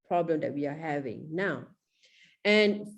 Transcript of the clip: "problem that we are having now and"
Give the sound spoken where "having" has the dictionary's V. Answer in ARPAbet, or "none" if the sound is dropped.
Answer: V